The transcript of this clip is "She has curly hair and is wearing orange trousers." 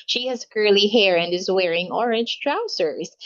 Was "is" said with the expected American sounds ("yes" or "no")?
yes